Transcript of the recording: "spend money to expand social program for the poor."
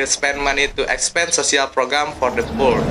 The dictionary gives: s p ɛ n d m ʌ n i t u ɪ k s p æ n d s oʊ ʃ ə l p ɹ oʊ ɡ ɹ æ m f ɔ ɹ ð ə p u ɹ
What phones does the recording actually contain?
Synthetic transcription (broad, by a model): s p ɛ n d m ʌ n i t u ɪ k s p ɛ n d s oʊ s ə l p ɹ oʊ ɡ ɹ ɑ m f ɔ ɹ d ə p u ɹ